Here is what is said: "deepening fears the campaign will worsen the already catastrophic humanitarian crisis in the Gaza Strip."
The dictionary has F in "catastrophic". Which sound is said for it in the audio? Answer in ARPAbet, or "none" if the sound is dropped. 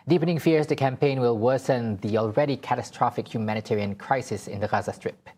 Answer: F